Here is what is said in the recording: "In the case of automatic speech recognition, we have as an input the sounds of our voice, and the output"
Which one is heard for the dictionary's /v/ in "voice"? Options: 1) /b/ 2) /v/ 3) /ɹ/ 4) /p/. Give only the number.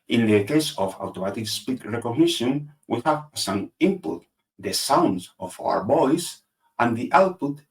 1